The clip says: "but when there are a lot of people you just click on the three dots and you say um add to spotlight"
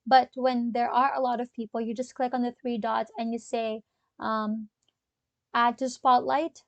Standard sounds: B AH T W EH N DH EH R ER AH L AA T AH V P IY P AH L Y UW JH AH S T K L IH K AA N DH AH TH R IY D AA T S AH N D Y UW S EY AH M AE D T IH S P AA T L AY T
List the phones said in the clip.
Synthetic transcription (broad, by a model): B AH T W EH N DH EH R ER AH L AA T AH V P IY P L Y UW JH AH S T K L IH K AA N DH AH TH R IY D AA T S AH N Y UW S EY AH M AE D T IH S P AA T L AY T